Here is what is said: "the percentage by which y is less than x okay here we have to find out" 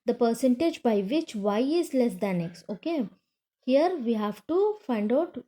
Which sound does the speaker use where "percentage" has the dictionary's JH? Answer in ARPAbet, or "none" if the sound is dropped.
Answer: JH